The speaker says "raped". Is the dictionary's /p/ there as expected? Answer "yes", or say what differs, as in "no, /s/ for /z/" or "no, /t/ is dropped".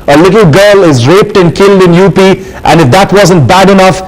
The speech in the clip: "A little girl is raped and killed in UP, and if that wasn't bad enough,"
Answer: yes